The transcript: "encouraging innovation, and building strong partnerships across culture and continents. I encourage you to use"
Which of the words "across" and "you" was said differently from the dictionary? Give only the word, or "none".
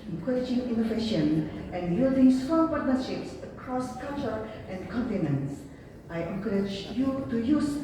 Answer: none